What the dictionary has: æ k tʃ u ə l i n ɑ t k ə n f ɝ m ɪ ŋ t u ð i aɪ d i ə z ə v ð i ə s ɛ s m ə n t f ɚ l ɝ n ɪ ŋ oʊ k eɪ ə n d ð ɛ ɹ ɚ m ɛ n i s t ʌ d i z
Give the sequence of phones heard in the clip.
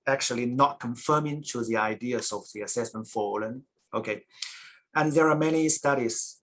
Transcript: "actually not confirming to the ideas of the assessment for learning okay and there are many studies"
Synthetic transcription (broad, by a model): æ k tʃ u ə l i n ɑ t k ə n f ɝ m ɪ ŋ t u ð i aɪ d i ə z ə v ð i ə s ɛ s m ə n t f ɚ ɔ l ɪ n oʊ k eɪ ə n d ð ɛ ɹ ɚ m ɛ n i s t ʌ d i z